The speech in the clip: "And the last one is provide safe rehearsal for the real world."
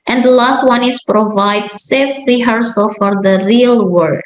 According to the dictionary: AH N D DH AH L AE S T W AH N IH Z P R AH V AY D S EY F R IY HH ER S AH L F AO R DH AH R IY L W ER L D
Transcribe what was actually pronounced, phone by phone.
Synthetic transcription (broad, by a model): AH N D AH L AE S T W AH N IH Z P R AH V AY D S EY F R IY HH ER S AH L F AO R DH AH R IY L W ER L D